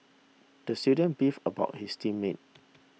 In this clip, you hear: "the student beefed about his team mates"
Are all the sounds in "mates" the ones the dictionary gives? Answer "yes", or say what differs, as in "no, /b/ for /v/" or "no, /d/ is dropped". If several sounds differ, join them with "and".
no, /s/ is dropped